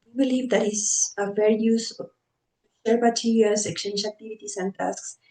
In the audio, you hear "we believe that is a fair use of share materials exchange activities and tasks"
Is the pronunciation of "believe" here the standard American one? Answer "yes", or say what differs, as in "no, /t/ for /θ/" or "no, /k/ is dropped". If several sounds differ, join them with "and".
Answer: yes